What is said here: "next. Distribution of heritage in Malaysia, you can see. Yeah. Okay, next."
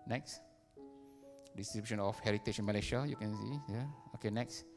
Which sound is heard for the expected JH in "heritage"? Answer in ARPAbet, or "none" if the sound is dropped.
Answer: CH